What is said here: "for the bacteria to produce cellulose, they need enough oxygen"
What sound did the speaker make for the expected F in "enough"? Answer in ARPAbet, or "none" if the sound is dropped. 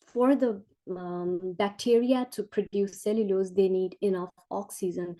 F